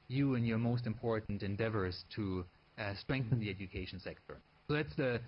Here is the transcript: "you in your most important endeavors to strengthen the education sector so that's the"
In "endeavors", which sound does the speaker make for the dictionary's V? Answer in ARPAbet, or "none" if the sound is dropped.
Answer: V